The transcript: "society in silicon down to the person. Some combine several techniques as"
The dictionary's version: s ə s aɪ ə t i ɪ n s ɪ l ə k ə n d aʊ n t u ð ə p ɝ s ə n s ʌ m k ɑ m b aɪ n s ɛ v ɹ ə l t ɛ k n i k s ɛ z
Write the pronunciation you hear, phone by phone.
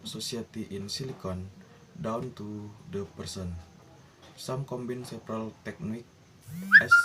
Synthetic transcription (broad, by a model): s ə s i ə t i ɪ n s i l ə k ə n d aʊ n t u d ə p ɝ s ə n s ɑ m k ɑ m b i n s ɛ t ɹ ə l t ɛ k n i k ɛ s